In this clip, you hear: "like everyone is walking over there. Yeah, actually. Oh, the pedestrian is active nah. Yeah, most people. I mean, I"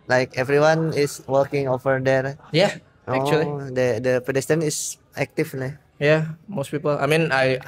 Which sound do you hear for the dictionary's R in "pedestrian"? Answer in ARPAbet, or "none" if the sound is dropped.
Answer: none